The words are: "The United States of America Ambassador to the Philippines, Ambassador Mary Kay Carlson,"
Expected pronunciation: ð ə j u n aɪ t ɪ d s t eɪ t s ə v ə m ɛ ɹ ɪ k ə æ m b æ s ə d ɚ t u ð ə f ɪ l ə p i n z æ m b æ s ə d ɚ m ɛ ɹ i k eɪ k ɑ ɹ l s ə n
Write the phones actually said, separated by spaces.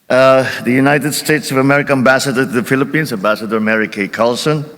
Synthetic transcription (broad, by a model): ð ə j u n aɪ t ɪ d s t eɪ t s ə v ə m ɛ ɹ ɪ k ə æ m b æ s ə d ɚ t u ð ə f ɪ l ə p i n s æ m b æ s ə d ɚ m ɛ ɹ i k eɪ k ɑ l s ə n